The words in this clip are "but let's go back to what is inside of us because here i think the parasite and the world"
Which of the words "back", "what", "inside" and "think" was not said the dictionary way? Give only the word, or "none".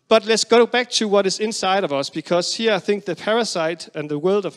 none